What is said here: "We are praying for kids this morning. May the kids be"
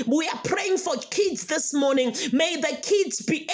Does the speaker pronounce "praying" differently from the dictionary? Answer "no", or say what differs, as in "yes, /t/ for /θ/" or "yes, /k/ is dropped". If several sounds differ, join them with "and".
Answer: no